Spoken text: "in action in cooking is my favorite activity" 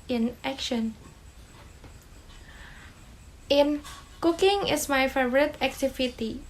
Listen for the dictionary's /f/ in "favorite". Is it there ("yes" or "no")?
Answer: yes